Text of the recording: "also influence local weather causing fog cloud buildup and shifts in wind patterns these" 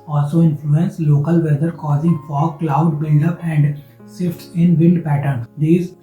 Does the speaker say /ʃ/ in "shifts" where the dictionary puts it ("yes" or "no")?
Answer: no